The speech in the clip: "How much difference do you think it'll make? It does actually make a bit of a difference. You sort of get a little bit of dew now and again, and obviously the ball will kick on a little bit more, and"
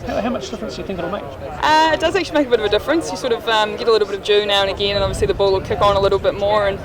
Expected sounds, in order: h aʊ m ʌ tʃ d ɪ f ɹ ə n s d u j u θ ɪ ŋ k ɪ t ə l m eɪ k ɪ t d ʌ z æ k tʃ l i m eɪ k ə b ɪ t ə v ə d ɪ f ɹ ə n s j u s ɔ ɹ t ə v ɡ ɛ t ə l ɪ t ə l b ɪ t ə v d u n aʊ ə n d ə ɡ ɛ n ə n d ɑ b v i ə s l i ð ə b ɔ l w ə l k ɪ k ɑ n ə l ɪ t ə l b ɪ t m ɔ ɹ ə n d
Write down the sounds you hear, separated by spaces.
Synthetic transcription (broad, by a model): h aʊ m ʌ tʃ d ɪ f ɹ ə n s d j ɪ θ ɪ ŋ k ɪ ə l m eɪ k ɪ t d ʌ z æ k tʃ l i m eɪ k ə b ɪ t ə v ə d ɪ f ɹ ə n s j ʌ s ɔ ɹ t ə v ɡ ɛ t ə l ɪ t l b ɪ t ə v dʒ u n aʊ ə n ə ɡ ɛ n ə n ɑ v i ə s l i ð ə b ɔ l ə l k ɪ k n ə l ɪ t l b ɪ t m ɔ ɹ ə n